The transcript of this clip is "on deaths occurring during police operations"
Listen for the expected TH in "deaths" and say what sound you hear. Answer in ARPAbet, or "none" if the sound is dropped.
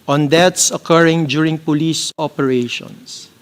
T